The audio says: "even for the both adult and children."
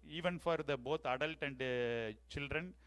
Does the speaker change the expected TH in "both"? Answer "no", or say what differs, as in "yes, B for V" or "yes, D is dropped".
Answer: yes, T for TH